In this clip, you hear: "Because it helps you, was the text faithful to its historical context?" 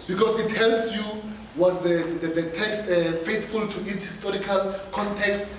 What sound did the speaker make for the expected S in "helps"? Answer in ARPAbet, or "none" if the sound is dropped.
S